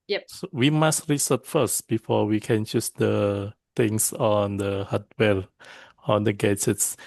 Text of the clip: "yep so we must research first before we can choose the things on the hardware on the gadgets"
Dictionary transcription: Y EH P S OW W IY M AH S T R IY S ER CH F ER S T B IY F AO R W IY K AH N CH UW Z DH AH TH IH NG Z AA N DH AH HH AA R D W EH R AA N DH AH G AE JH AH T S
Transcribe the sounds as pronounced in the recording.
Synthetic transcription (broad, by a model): Y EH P S OW W IY M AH S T R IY S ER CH F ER S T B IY F AO W IY K AH N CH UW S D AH T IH NG S AA N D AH HH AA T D W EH L AA N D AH G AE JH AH T S